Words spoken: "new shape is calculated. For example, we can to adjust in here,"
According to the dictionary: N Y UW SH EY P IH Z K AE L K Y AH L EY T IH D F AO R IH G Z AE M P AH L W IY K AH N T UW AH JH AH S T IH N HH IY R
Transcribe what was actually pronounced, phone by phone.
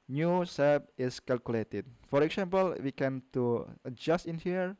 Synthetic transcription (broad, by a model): N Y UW S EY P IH S K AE L K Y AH L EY T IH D F AO R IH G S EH M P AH L W IY K AH N T UW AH JH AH S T IH N HH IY R